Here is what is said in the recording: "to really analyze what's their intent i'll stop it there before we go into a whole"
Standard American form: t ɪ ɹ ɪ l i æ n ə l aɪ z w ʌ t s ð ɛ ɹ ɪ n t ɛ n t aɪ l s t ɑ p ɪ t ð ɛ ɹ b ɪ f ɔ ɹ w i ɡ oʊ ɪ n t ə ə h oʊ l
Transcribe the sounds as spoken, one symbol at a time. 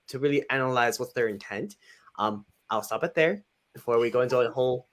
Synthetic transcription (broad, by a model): t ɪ ɹ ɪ l i æ n ə l aɪ z w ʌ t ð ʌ ɹ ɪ n t ɛ n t aɪ l s t ɑ p ɪ t ð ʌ ɹ b ɪ f ɔ ɹ w i ɡ oʊ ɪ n t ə ə h oʊ l